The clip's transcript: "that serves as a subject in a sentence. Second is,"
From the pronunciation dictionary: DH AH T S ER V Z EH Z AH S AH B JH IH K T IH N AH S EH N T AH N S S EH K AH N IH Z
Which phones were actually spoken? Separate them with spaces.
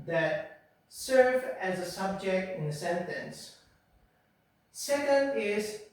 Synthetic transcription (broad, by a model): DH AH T S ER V EH Z AH S AH B JH IH K T IH N AH S EH N T AH N S S EH K AH N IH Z